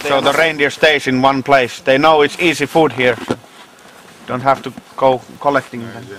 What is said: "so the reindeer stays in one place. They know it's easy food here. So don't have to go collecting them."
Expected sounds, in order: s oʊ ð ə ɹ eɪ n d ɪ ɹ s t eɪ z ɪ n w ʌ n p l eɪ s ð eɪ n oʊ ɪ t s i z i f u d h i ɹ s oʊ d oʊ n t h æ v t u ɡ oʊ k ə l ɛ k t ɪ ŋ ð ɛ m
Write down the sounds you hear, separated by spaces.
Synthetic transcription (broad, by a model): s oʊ ð ə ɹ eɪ n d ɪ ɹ s t eɪ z ɪ n w ʌ n p l eɪ s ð eɪ n oʊ ɪ t s i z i f u d h i ɹ s oʊ d oʊ n t h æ f t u ɡ oʊ k ə l ɛ k t ɪ ŋ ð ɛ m